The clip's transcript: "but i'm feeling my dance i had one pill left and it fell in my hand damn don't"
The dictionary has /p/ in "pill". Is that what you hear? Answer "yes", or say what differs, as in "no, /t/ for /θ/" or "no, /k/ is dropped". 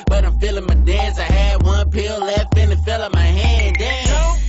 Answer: yes